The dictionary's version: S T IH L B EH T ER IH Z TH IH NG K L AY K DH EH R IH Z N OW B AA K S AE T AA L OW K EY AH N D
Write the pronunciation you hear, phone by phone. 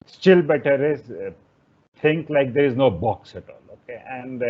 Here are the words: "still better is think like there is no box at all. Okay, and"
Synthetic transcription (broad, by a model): S T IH L B EH T ER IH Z T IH NG K L AY K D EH R IH Z N OW B AA K S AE T AA L OW K EY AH N D